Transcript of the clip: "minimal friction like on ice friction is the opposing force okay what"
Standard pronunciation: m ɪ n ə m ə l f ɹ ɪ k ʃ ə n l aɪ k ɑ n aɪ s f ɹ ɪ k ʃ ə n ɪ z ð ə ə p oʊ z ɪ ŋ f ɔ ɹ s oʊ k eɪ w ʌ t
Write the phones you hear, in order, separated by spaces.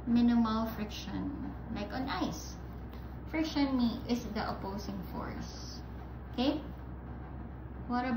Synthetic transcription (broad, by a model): m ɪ n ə m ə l f ɹ ɪ k ʃ ə n l aɪ k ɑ n aɪ s f ɹ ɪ k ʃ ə n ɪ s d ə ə p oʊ s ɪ ŋ f ɔ ɹ s oʊ k eɪ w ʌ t